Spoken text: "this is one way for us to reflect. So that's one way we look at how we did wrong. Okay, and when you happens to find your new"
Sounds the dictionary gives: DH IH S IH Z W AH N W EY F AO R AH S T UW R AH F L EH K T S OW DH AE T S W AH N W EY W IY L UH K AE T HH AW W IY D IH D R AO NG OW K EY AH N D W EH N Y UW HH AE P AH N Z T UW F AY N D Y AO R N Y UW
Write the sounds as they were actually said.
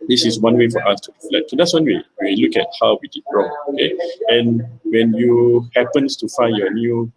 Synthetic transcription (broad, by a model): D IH S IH S W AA N W EY F AO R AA S T UW L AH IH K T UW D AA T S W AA N W EY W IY L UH K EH T HH AW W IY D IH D R AO NG OW K EY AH N W EH N Y UW HH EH P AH N S T UW F AY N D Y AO N Y UW